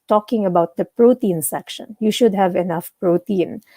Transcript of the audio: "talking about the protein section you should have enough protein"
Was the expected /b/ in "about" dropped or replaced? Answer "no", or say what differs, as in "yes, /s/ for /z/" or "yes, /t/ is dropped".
no